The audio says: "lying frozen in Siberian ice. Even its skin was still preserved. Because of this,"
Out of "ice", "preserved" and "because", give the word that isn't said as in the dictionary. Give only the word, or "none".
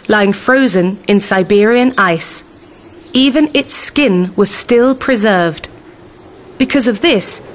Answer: none